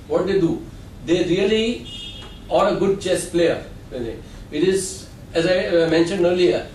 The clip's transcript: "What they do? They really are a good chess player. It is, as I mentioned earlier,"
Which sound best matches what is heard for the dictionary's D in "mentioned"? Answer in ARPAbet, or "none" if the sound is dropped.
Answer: D